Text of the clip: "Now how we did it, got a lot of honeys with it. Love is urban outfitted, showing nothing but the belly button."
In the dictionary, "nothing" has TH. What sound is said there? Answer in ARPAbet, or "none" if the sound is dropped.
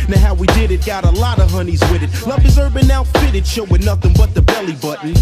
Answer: TH